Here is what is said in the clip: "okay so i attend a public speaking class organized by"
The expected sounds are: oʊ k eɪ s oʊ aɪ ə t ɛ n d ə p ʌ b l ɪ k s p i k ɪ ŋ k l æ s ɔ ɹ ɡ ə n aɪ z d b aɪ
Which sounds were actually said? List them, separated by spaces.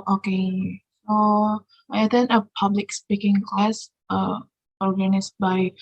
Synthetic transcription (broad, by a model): oʊ k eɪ s oʊ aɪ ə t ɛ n ə p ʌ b l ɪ k s p i k ɪ ŋ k l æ s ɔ ɹ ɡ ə n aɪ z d b aɪ